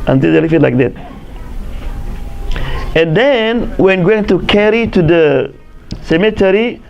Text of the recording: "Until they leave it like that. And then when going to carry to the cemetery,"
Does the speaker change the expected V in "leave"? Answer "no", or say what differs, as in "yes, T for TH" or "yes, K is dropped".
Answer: yes, F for V